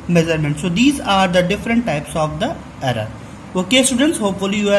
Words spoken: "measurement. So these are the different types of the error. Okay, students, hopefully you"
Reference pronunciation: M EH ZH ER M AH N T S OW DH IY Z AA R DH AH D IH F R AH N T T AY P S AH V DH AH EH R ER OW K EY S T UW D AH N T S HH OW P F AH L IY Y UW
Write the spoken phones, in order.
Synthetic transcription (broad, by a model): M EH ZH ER M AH N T S OW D IY Z AA R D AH D IH F R AH N T T AY P S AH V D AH EH R ER OW K EY S T UW D AH N T S HH OW P F AH L IY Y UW